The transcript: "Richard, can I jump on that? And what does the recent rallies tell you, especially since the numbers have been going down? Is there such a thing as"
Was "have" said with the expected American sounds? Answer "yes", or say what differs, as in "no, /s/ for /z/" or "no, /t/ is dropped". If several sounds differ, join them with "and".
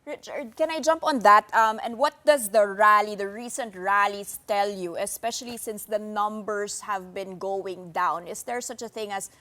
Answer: yes